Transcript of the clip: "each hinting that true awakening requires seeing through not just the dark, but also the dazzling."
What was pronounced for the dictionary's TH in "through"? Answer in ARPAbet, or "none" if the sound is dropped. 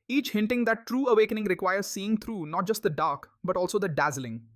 T